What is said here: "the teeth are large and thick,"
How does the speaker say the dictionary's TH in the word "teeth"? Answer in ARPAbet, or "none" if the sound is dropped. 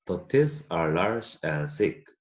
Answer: S